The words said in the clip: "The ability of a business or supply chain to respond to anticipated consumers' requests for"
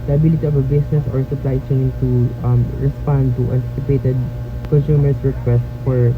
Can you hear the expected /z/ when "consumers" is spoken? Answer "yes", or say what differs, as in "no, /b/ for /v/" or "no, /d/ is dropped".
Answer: no, /s/ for /z/